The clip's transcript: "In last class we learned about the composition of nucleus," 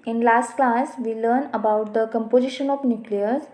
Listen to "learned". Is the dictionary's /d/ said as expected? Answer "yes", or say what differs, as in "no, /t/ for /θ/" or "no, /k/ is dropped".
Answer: no, /d/ is dropped